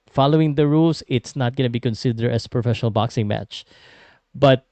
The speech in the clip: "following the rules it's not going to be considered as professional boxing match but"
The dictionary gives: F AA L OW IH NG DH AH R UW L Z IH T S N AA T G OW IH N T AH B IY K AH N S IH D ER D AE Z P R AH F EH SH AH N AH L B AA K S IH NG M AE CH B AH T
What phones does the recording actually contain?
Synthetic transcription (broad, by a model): F AA L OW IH NG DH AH R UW L S IH T S N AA T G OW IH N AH B IY K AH N S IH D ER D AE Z P R AH F EH SH AH N AH L B AA K S IH NG M AE CH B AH T